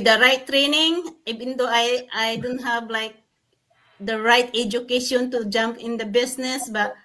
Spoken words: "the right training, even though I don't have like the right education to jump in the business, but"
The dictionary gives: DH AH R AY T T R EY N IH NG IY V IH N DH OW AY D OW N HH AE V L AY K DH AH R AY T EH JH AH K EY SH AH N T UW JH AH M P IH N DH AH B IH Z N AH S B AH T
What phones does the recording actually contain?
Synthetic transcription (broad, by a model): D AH R AY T T R EY N IH NG IY V IH N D OW AY D OW N HH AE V L AY K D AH R AY T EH JH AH K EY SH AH N T UW JH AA M P IH N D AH B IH S N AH S B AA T